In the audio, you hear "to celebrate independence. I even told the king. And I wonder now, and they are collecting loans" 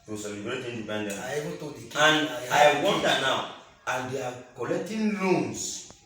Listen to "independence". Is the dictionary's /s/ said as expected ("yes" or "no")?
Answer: no